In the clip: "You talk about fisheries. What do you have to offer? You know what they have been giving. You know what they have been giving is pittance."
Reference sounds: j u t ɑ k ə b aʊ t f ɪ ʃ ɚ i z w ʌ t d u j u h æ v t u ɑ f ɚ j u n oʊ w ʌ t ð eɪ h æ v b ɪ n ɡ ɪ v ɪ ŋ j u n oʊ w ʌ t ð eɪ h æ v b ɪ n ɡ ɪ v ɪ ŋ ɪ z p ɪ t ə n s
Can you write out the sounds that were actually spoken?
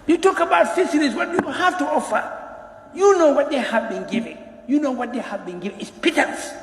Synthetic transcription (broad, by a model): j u t ɑ k ə b aʊ t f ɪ s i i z w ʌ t d u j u h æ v t u ɑ f ɚ j u n oʊ w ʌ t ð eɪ h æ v b ɪ n ɡ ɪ v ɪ ŋ j u n oʊ w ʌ t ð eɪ h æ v b ɪ n ɡ ɪ v ɪ ŋ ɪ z p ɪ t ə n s